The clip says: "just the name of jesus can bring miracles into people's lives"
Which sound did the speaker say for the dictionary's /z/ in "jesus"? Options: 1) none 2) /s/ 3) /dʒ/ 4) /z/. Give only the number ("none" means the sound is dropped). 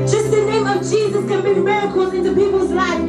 4